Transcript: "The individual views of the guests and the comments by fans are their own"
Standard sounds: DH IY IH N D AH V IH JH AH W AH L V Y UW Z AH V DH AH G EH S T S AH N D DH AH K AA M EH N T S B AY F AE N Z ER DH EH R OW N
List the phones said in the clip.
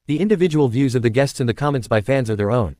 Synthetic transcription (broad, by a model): DH IY IH N D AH V IH JH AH W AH L V Y UW Z AH V DH AH G EH S T S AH N DH AH K AA M EH N T S B AY F AE N Z ER DH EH R OW N